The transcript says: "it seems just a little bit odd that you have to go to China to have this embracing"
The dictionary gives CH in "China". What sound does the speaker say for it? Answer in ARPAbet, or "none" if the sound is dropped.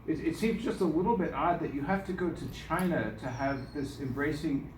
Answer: CH